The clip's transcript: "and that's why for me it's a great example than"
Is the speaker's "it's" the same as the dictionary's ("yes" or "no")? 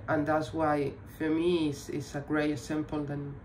no